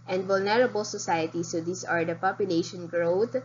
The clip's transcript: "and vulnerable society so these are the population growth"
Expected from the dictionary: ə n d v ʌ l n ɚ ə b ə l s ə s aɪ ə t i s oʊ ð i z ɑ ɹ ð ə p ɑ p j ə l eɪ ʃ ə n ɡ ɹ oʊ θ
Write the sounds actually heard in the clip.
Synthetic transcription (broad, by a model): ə n d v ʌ l n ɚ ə b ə l s ə s aɪ ə t i s oʊ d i s ɑ ɹ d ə p ɑ p j ə l eɪ ʃ ə n ɡ ɹ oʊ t